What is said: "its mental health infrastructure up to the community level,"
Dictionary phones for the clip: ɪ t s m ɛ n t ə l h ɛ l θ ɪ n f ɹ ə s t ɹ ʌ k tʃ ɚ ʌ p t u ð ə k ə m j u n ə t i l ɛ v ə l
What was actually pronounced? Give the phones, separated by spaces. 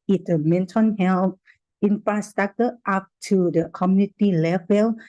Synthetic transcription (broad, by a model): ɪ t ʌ m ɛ n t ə n h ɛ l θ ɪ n f ɹ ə s t ɹ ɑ k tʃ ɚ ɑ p t u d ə k ə m j u n ə t i l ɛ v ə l